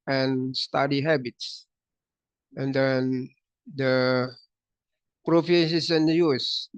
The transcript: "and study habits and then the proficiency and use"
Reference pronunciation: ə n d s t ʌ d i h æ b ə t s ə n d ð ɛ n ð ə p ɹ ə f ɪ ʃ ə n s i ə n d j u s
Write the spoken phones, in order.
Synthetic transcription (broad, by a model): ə n s t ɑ d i h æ b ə t s ə n d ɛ n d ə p ɹ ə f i s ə s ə n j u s